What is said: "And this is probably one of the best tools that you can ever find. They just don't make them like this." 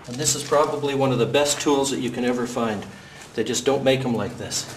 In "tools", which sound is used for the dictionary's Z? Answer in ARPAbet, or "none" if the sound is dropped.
Z